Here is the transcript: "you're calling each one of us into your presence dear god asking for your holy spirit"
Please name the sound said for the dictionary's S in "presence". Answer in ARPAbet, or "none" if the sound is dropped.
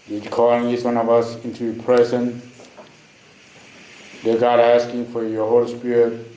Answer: none